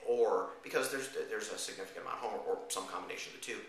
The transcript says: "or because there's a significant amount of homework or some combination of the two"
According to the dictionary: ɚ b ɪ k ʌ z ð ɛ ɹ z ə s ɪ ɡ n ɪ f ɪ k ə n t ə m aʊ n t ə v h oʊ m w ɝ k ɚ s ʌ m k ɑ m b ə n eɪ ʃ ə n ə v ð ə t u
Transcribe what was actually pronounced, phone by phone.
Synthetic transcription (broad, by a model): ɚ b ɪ k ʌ z ð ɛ ɹ z ə s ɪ ɡ n ɪ f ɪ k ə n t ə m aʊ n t h oʊ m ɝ ɚ s ʌ m k ɑ m b ə n eɪ ʃ ə n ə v ð ə t u